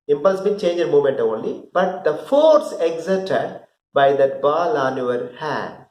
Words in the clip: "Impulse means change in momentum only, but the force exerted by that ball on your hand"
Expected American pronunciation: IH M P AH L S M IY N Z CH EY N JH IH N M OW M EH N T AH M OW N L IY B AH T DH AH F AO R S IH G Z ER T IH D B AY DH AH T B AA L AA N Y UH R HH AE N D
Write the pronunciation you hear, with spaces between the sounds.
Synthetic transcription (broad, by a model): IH M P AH L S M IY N CH EY N JH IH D M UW M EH N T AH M OW N L IY B AH T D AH F AO R S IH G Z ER T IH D B AY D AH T B AA L AA N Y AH R HH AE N D